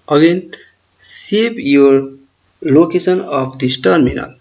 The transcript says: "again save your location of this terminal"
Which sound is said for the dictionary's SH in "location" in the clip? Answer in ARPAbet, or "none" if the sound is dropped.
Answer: S